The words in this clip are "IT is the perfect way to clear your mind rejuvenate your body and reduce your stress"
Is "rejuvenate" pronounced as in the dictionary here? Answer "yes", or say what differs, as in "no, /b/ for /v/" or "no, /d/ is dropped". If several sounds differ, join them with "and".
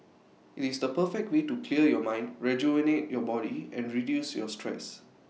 no, /v/ is dropped